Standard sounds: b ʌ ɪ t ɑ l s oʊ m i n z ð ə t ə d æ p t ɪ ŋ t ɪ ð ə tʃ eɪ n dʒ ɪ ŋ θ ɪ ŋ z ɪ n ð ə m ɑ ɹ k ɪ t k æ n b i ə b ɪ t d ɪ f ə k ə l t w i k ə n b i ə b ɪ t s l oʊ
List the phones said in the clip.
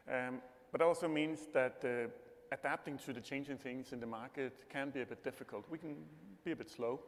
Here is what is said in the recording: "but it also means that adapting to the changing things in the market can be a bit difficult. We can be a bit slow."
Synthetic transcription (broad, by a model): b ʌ t ɑ l s oʊ m i n z ð ə t ə d æ p t ɪ ŋ t ɪ ð ə tʃ eɪ n dʒ ɪ ŋ θ ɪ ŋ z ɪ n ð ə m ɑ ɹ k ɪ t k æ n b i ə b ɪ t d ɪ f ə k ə l t w i k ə n b i ə b ɪ t s l oʊ